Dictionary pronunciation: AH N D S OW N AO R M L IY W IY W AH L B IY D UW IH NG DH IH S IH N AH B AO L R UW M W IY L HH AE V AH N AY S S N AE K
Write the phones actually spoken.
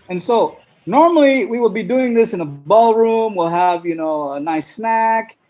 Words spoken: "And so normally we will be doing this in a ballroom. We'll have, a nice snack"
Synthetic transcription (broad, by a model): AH N S OW N AO R M L IY W IY W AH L B IY D UW IH NG DH IH S IH N AH B AO L R UW M W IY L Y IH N AH N AY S S N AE K